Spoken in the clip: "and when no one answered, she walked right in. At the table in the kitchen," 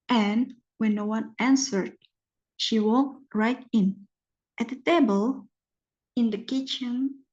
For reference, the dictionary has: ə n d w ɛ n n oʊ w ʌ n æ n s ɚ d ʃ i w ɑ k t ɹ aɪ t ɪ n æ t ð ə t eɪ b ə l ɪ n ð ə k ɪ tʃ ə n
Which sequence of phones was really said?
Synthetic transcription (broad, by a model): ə n w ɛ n n oʊ w ʌ n æ n s ɚ d ʃ i w ɑ k t ɹ aɪ t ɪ n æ t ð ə t eɪ b ə l ɪ n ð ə k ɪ tʃ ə n